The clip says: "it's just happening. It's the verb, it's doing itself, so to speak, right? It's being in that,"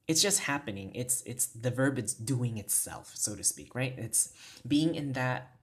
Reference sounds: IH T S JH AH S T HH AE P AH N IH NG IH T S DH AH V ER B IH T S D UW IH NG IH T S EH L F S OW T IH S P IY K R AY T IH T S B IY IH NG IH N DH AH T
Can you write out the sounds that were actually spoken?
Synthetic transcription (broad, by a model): IH T S JH AH S T HH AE P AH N IH NG IH T S DH AH V ER B IH T S D UW IH NG IH T S EH L F S OW T IH S P IY K R AY T IH T S B IY IH NG IH N DH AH T